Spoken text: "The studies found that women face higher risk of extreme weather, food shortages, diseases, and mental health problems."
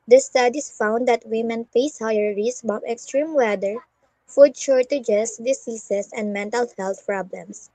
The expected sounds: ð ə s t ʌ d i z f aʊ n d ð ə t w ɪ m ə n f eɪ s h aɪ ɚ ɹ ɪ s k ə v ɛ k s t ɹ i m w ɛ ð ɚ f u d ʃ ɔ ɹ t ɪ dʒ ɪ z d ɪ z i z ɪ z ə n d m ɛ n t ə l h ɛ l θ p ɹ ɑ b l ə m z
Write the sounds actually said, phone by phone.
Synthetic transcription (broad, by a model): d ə s t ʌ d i s f aʊ n d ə t w ɪ m ə n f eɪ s h aɪ ɚ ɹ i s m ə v ɛ k s t ɹ i m w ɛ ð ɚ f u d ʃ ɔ ɹ t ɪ dʒ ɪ s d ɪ s i s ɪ s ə n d m ɛ n t ə l h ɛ l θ p ɹ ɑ b l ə m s